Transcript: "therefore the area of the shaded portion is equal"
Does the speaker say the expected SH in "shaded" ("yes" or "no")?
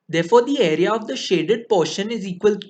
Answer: yes